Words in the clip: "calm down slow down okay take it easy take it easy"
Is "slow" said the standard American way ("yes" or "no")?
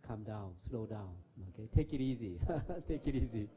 yes